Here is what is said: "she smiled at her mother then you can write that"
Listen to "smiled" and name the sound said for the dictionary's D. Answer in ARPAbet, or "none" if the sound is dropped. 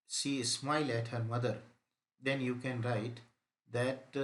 none